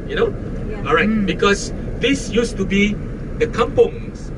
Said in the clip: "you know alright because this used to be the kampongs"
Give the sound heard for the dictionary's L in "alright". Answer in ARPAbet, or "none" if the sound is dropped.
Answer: none